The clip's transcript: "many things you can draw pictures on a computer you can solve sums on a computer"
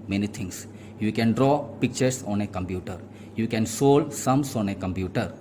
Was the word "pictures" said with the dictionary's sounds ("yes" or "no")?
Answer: no